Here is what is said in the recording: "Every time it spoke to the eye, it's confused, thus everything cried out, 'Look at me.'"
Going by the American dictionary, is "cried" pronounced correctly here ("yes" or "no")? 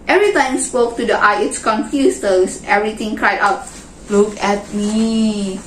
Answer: yes